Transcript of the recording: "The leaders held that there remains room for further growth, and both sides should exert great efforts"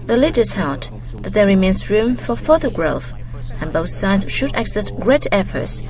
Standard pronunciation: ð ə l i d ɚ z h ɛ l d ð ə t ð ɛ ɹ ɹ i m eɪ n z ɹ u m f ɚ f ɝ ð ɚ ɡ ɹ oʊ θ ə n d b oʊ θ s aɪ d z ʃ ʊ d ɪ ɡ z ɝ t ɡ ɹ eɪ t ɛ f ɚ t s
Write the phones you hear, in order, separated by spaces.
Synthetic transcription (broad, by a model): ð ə l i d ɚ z h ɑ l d ð ə t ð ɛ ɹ ɹ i m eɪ n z ɹ u m f ɚ f ɝ ð ɚ ɡ ɹ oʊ f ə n b oʊ θ s aɪ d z ʃ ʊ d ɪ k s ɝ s ɡ ɹ eɪ t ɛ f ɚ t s